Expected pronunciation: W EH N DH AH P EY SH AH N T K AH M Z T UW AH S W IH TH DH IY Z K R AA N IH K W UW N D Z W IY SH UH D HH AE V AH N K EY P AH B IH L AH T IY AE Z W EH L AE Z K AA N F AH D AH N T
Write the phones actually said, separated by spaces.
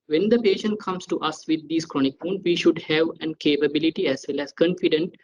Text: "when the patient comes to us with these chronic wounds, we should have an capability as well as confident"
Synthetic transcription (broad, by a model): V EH N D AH P EY SH AH N T K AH M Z T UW AH S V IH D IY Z K R AA N IH K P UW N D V IY SH UH D HH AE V AH N K EY P AH B IH L AH T IY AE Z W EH L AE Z K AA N F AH D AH N T